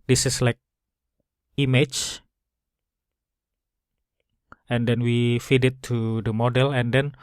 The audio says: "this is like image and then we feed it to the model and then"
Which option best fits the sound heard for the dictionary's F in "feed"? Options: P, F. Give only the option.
F